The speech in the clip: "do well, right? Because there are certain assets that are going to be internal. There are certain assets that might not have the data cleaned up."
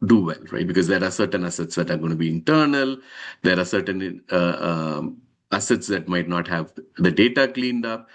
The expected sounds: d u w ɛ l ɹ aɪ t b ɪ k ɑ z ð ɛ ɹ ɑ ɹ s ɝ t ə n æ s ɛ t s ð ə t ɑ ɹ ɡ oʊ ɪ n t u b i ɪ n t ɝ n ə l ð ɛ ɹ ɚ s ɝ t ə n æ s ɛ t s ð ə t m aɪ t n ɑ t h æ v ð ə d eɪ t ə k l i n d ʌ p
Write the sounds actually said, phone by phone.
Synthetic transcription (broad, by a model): d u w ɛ l ɹ aɪ t b ɪ k ɑ z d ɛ ɹ ɑ ɹ s ɝ t ə n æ s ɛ t s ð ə t ɑ ɹ ɡ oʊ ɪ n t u b i ɪ n t ɝ n ə l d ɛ ɹ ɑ s ɝ t ə n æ s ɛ t s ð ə t m aɪ t n ɑ t h æ v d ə d eɪ t ə k l i n d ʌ p